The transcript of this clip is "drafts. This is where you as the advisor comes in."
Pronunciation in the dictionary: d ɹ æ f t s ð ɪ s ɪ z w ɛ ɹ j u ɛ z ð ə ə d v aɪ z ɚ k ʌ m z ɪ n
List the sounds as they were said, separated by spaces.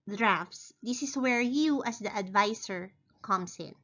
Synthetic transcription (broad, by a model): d ɹ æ f t s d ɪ s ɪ s w ɛ ɹ j u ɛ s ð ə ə d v aɪ s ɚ k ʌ m s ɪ n